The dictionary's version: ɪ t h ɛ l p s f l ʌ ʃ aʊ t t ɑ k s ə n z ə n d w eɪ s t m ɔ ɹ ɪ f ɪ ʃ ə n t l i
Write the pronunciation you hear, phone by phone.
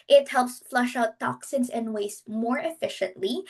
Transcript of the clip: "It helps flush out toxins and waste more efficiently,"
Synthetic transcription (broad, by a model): ɪ t h ɛ l p s f l ʌ ʃ aʊ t t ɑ k s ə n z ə n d w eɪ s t m ɔ ɹ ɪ f ɪ ʃ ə n t l i